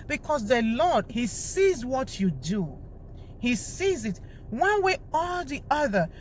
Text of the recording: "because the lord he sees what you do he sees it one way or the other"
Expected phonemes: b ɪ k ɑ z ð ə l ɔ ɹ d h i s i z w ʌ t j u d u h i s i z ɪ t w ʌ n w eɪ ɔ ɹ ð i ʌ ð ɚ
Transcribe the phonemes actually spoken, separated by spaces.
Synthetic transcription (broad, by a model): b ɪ k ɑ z ð ə l ɔ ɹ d h i s i z w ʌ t j u d u h i s i z ɪ t w ʌ n w eɪ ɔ l ð i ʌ ð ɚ